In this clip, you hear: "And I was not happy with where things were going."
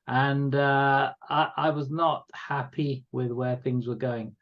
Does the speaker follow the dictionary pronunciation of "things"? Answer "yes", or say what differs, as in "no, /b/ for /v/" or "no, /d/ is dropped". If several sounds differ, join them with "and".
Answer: yes